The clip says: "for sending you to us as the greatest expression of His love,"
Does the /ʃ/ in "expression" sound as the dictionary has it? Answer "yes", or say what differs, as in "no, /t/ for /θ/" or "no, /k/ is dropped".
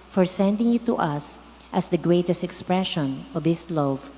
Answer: yes